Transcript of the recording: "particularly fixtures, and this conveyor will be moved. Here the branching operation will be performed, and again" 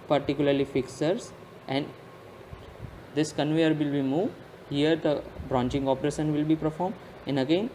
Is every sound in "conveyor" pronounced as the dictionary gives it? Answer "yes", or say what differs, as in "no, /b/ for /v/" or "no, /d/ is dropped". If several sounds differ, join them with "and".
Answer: yes